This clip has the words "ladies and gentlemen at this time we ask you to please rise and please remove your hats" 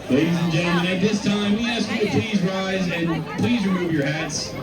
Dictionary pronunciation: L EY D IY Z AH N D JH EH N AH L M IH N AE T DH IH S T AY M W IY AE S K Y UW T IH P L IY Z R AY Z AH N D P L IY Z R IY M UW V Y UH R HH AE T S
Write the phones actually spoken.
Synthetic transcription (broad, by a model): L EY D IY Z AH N JH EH AH M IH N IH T DH IH S T AY M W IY AE S K Y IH T IH P L IY Z R AY Z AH N P L IY Z R IY M UW V Y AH R HH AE T S